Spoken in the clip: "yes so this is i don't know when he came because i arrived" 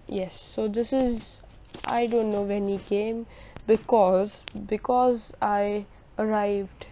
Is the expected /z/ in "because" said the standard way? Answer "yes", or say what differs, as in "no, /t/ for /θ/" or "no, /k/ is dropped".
yes